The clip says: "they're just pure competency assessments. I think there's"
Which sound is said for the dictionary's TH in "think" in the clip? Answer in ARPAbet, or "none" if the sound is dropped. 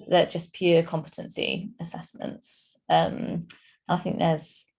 TH